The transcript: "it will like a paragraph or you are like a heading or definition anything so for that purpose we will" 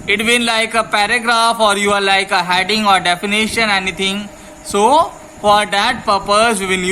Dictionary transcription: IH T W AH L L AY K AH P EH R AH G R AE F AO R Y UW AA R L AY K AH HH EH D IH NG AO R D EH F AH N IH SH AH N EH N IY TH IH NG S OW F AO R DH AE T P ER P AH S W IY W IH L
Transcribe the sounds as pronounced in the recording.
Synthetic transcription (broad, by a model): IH T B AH N L AY K AH P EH R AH G R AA F AO R Y UW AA R L AY K AH HH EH D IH NG AO R D EH F AH N IH SH AH N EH N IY T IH NG S OW F AO R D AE T P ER P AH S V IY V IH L